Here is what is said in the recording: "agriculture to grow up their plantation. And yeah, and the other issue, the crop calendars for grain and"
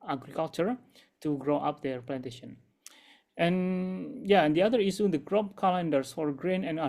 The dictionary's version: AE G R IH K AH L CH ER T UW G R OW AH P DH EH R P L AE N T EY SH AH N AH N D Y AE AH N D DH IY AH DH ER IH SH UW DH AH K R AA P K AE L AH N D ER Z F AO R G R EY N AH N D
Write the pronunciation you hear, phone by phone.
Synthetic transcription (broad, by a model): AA G R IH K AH L CH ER T UW G R OW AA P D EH R P L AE N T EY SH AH N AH N Y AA AH N D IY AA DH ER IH S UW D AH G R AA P K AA L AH N D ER S F AO R G R EY N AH N